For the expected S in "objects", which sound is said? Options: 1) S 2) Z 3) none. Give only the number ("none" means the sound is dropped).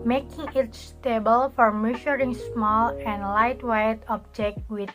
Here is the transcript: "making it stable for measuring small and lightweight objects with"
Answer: 3